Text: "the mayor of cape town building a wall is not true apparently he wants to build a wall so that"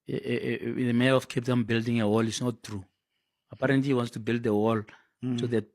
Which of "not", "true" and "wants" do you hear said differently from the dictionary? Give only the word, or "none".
none